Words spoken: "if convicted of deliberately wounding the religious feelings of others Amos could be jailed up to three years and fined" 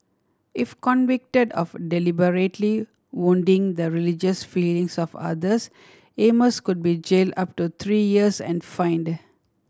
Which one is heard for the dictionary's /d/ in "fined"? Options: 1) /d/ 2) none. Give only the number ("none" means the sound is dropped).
1